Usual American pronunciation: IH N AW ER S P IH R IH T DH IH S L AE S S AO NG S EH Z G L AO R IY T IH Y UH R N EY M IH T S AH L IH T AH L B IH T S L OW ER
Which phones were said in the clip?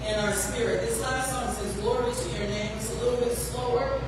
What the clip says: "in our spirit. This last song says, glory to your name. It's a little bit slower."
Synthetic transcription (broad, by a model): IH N AW ER S P IH R IH T DH IH S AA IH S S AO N S EH Z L AO R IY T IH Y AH R N EY IH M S AH L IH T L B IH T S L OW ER